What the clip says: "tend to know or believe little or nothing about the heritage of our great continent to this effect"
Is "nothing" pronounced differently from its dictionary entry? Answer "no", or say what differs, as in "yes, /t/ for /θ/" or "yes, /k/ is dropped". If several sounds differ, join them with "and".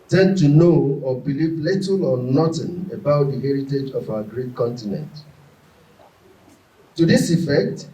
yes, /t/ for /θ/